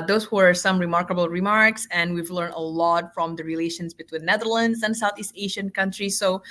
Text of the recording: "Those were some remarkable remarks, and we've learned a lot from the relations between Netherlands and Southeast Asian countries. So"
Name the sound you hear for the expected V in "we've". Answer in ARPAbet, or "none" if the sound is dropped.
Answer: V